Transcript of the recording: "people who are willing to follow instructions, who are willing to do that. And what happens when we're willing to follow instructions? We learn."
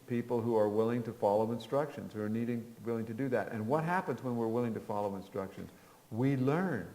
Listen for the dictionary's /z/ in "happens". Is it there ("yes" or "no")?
yes